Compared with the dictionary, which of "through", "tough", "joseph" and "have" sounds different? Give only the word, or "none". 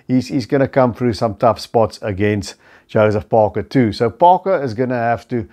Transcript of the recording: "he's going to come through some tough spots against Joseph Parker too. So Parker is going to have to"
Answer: have